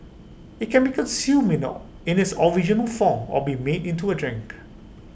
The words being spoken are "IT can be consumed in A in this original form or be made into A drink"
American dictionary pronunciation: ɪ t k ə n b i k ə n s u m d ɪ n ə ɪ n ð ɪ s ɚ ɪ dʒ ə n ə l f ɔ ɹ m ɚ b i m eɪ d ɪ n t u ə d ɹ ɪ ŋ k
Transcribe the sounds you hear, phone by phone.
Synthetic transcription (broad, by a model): ɪ t k ə n b i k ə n s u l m ɪ n ə ɪ n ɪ s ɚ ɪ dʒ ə n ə l f ɔ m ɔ b i m eɪ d ɪ n t u ə d ɹ ɪ ŋ k